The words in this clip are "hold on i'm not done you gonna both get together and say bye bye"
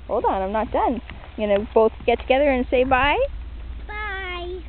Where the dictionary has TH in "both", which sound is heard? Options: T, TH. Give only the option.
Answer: TH